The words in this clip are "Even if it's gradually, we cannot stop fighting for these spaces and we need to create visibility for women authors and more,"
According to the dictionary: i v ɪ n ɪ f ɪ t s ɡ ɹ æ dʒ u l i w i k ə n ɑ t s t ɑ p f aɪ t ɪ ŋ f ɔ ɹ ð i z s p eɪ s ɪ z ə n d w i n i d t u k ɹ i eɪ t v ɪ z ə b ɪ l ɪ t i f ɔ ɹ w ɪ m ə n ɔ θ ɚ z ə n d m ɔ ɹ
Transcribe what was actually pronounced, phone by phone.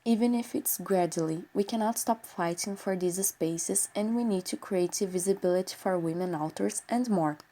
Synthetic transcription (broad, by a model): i v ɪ n ɪ f ɪ t s ɡ ɹ æ dʒ u l i w i k ə n ɑ t s t ɑ p f aɪ t ɪ ŋ f ɔ ɹ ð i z s p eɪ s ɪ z ə n d w i n i d t u k ɹ i eɪ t v ɪ z ə b ɪ l ɪ t i f ɔ ɹ w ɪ m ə n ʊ t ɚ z ə n d m ɔ ɹ